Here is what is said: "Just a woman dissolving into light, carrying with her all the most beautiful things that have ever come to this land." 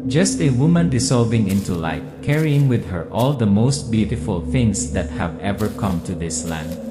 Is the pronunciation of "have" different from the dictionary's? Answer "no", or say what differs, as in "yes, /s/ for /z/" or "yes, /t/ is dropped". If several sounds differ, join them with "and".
no